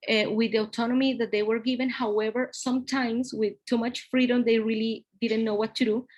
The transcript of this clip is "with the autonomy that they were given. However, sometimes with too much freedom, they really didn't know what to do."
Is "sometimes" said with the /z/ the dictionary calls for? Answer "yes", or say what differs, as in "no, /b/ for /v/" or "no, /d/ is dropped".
no, /s/ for /z/